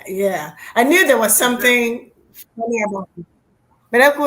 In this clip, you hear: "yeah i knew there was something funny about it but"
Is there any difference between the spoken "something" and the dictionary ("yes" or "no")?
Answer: no